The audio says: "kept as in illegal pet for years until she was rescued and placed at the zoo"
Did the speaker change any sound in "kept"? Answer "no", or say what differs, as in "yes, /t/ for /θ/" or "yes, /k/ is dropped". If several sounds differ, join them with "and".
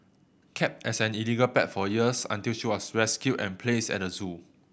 no